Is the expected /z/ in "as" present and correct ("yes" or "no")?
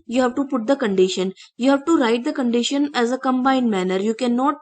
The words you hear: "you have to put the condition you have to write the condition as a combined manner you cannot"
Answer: yes